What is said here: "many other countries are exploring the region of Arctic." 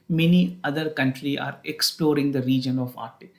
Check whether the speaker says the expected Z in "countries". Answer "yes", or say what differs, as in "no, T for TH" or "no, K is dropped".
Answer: no, Z is dropped